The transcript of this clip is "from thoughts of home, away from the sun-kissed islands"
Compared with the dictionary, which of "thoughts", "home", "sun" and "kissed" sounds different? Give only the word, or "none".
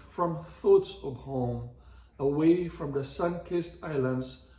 none